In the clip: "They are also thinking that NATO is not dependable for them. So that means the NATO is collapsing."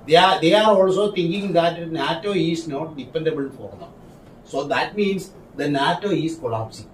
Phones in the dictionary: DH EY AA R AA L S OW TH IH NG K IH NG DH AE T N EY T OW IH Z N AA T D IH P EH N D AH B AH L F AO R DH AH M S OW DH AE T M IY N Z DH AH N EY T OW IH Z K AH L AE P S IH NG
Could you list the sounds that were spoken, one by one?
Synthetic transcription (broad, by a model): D EY AA R AA L S OW T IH NG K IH NG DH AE T N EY T OW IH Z N AA T D IH P EH N D AH B AH L F AO R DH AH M S OW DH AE T M IY N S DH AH N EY T OW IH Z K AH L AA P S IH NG